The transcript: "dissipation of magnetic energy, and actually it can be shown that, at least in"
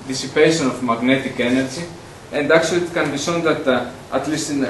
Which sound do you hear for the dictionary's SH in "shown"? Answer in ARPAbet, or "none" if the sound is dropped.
S